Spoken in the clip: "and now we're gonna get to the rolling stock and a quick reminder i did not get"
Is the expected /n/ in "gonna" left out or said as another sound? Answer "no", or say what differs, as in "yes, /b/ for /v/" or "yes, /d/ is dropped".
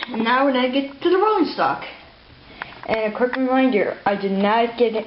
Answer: yes, /n/ is dropped